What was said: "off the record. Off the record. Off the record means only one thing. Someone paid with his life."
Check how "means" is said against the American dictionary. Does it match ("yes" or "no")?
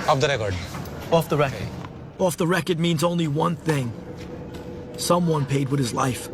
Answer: yes